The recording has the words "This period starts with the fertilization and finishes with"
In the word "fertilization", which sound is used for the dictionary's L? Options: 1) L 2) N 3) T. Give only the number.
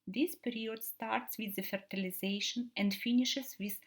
1